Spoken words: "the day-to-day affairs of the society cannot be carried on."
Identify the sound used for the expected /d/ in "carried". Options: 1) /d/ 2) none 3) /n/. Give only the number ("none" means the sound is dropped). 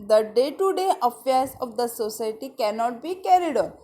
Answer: 1